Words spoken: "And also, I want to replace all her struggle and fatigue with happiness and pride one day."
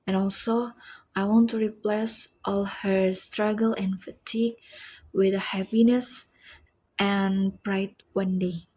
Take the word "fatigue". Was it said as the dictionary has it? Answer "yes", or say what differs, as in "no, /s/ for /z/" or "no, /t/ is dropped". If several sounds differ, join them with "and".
yes